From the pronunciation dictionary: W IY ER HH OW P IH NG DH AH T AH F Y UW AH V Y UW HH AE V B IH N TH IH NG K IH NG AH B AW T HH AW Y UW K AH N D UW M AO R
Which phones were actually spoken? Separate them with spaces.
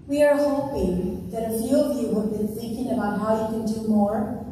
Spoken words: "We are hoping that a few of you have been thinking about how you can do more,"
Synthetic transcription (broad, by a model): W IY ER HH OW P IH NG DH AH T AH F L AH V Y UW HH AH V B IH N S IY K IH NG AH B AW T HH AW Y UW K AH N D UW M AO R